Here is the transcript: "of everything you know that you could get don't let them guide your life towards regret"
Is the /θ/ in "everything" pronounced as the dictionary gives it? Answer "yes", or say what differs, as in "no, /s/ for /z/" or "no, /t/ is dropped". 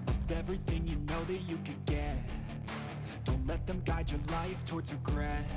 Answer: yes